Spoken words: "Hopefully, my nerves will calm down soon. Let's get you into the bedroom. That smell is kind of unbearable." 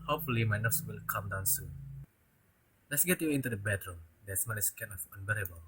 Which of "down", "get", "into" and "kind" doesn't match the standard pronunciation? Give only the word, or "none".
kind